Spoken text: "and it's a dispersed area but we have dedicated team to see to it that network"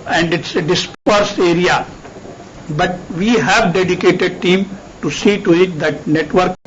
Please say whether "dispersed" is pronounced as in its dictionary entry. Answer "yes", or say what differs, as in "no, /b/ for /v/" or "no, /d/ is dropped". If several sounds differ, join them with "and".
no, /t/ is dropped